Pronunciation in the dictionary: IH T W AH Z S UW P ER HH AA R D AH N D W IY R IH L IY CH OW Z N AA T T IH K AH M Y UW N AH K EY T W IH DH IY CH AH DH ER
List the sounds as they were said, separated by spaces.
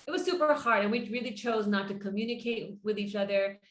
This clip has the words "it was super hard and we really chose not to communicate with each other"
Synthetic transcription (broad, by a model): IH T W AH Z S UW P ER HH AA R D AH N W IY R IH L IY CH OW Z N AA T T IH K AH M Y UW N AH K EY T W IH DH IY CH AH DH ER